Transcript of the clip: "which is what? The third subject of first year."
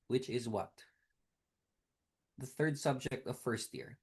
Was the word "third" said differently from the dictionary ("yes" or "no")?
no